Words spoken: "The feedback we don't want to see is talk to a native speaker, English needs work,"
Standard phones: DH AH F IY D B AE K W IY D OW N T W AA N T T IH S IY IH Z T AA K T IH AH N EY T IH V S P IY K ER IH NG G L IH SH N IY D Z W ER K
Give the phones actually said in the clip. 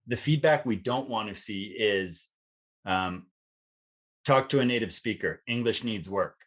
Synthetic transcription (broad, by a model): DH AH F IY D B AE K W IY D OW N T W AA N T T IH S IY IH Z T AA K T IH AH N EY T IH V S P IY K ER IH NG G L IH SH N IY D Z W ER K